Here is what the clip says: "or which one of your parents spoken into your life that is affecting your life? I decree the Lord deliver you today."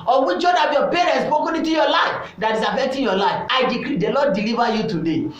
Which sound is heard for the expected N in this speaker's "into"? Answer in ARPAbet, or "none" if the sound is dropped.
none